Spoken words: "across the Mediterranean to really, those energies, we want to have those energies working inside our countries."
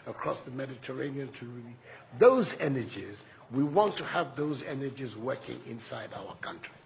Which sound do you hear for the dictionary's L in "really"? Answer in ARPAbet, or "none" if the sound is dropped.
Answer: none